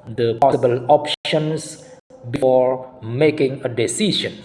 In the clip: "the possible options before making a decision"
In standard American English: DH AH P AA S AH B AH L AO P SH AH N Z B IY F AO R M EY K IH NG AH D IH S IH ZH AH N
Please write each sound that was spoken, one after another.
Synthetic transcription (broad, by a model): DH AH P AA S AH B AH L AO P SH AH N S B IY F AO R M EY K IH NG AH D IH S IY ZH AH N